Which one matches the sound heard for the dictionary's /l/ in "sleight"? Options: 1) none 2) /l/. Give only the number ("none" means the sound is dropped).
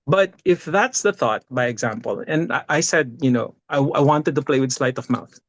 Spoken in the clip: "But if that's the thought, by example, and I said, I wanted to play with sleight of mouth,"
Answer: 2